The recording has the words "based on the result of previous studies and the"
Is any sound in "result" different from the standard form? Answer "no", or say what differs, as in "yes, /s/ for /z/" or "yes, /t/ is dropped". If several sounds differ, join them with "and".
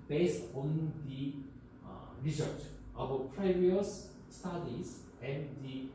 yes, /s/ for /z/